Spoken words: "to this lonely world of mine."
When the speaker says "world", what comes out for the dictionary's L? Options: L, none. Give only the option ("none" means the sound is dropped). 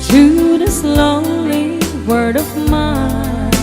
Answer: none